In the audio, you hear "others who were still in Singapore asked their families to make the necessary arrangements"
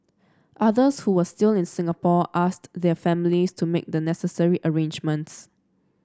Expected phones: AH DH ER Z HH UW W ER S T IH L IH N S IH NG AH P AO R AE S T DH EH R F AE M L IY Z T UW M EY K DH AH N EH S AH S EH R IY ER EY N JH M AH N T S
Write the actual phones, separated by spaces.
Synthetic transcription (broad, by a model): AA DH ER S HH UW W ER S T IH L IH N S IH NG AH P AO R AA S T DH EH F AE M L IY S T UW M EY K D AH N EH S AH S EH R IY ER EY N JH M AH N T S